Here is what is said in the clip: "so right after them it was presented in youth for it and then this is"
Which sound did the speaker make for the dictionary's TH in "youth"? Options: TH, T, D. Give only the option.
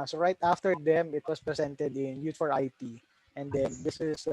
T